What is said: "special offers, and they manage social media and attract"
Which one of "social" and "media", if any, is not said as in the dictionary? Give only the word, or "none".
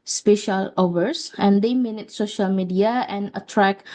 none